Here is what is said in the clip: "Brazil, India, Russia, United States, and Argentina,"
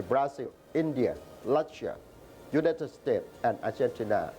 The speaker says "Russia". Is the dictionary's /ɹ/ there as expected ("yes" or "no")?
no